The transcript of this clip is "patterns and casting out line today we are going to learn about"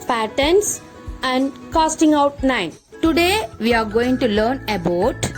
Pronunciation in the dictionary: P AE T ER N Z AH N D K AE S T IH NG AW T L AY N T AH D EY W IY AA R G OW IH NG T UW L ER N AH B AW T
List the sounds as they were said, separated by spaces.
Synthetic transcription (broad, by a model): P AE T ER N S AH N D K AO S T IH NG AW T N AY N T AH D EY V IY AA R G OW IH NG T UW L ER N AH B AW T